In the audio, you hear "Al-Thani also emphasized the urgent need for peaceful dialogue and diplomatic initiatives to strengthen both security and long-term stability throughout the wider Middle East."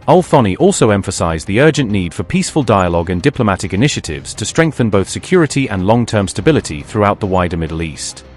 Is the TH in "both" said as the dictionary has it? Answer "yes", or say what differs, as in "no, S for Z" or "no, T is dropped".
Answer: yes